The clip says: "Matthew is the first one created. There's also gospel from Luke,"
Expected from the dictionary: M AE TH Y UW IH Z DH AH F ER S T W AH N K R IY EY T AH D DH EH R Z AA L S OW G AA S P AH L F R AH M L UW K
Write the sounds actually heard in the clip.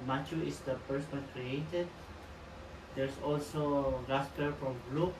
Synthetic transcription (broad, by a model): M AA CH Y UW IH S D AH P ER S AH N K R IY EY T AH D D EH R S AA L S OW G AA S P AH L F R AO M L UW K